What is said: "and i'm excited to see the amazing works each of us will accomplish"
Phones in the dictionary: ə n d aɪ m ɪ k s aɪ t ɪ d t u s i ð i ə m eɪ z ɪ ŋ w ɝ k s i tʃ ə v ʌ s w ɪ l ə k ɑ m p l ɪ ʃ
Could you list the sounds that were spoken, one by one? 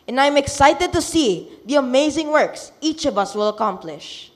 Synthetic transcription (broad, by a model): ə n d aɪ m ɪ k s aɪ t ɪ d t u s i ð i ə m eɪ z ɪ ŋ w ɝ k s i tʃ ə v ʌ s w ɪ l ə k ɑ m p l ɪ ʃ